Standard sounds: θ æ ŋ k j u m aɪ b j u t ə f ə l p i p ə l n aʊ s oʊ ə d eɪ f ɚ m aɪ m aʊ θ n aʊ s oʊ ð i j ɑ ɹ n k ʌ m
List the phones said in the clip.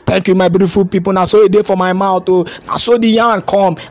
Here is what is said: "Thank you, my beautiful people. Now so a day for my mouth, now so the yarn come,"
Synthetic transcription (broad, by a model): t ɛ ŋ k j u m aɪ b j u t ə f ə l p i p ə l n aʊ s oʊ ə d eɪ f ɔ m aɪ m aʊ t n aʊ s oʊ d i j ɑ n k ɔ m